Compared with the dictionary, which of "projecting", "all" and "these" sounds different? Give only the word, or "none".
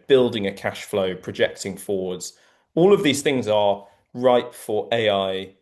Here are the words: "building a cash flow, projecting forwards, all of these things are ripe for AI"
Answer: none